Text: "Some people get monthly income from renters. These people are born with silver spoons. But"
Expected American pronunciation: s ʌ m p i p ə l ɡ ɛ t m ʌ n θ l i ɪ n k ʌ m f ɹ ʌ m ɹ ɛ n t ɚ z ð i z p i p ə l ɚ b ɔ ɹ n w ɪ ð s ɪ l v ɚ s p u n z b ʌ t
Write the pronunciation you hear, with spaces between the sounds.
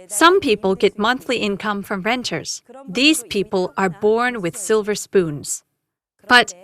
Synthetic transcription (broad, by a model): s ʌ m p i p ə l ɡ ɛ t m ʌ n θ l i ɪ n k ʌ m f ɹ ʌ m ɹ ɛ n t ɚ z ð i z p i p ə l ɚ b ɔ ɹ n w ɪ ð s ɪ l v ɚ s p u n z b ʌ t